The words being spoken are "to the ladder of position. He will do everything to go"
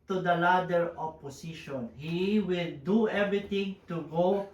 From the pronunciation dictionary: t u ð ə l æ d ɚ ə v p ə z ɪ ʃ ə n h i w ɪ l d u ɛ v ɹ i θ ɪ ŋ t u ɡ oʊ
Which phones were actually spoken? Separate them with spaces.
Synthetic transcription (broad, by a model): t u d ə l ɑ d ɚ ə p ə s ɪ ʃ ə n h i w ɪ l d u ɛ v ɹ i t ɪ ŋ t u ɡ oʊ